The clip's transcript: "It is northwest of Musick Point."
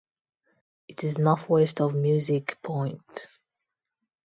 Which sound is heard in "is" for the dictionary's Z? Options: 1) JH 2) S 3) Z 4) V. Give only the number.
3